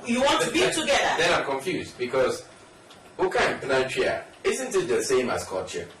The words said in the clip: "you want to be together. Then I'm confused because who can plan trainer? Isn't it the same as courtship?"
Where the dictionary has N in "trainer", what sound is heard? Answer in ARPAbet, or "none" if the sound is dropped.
none